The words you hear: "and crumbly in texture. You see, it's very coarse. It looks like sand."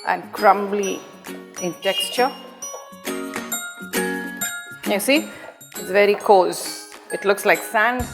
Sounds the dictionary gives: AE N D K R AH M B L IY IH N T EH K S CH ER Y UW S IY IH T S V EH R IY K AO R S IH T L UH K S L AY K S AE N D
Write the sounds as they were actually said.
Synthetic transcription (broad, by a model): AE N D K R AH M B L IY IH N T EH K S CH ER Y UW S IY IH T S V EH R IY K AO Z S IH T L UH K S L AY K S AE N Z